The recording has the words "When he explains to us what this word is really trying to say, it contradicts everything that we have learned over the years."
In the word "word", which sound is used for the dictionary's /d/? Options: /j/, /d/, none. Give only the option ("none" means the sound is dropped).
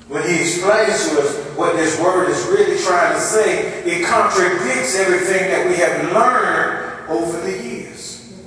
/d/